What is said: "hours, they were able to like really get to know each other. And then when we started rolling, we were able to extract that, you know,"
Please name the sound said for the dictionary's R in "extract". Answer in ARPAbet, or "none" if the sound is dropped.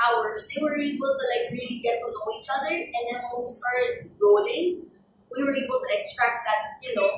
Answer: R